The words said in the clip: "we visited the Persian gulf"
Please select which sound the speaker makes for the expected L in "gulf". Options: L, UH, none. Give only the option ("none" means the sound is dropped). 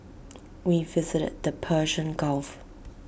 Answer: L